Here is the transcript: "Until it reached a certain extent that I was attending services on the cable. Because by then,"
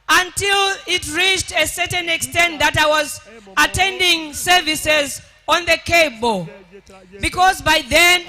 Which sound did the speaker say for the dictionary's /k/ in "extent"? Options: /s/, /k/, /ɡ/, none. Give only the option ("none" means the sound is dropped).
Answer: /k/